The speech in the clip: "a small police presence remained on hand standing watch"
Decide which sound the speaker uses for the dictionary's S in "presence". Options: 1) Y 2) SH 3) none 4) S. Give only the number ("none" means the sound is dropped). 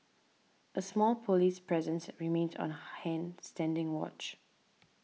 4